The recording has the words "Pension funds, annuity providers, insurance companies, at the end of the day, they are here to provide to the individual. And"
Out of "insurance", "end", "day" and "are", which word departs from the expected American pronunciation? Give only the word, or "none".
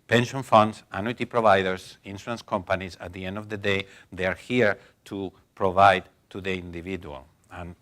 insurance